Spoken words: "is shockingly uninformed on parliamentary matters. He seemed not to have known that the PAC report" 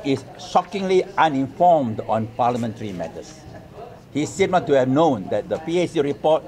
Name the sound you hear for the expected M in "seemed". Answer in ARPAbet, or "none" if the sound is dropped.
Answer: none